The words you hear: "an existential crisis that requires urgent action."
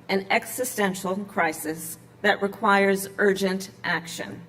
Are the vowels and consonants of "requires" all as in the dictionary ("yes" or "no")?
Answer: yes